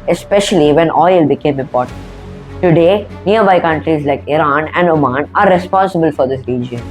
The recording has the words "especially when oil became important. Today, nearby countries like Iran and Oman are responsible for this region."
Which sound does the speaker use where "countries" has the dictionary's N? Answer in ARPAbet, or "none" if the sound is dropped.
N